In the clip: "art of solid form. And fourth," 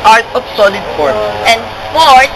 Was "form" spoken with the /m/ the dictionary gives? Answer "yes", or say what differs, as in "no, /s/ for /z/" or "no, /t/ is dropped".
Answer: no, /m/ is dropped